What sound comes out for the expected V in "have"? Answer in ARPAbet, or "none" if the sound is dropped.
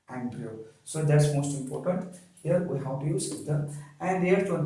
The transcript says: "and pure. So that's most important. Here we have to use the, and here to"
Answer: W